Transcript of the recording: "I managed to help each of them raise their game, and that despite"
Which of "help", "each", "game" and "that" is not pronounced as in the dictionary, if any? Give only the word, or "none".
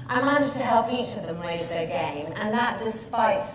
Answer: none